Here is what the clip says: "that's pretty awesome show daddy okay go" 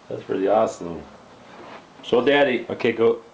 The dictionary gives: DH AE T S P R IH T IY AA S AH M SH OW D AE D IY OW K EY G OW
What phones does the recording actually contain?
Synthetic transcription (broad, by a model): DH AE T S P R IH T IY AA S AH M S OW D AE D IY OW K EY G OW